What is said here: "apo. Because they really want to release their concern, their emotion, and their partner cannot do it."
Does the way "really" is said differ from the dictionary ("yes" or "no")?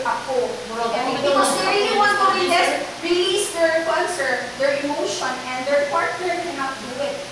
yes